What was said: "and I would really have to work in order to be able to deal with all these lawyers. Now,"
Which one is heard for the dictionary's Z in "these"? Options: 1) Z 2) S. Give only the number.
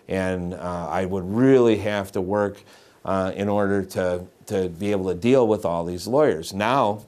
1